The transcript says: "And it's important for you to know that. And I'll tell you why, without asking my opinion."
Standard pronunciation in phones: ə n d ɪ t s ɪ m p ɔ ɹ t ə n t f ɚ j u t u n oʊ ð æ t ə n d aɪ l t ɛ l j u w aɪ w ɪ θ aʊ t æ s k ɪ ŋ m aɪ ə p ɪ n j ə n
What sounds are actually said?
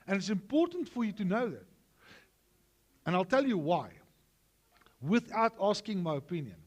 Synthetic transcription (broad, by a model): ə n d ɪ t s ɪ m p ɔ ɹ t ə n t f ɚ j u t u n oʊ ð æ t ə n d aɪ l t ɛ l j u w aɪ w ɪ θ aʊ t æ s k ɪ ŋ m aɪ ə p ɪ n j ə n